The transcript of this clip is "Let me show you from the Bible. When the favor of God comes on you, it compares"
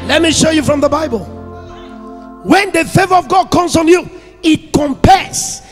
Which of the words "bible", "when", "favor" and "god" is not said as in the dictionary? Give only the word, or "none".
none